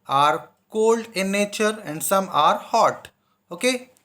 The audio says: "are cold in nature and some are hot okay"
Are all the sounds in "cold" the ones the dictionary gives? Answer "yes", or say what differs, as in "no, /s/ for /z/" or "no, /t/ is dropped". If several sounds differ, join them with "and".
yes